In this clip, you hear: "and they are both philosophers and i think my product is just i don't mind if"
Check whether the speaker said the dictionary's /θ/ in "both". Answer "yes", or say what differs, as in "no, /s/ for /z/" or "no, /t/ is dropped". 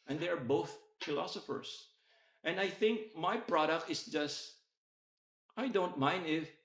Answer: yes